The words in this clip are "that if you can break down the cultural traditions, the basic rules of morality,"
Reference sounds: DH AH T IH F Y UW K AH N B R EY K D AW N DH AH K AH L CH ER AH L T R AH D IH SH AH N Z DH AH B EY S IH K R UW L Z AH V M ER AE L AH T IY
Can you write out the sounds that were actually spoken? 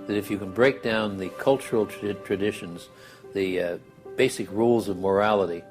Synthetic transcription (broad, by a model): DH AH T IH F Y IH K AH N B R EY K D AW N DH AH K AH L CH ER L T R AH D IH SH AH N Z DH AH B EY S IH K R UW L Z AH V M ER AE L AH T IY